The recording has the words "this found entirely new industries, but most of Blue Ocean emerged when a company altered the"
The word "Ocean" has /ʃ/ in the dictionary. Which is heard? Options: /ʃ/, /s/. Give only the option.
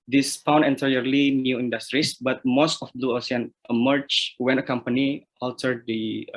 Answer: /s/